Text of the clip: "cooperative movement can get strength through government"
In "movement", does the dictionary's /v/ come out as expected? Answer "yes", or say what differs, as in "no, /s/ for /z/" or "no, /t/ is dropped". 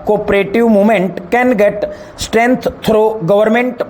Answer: no, /v/ is dropped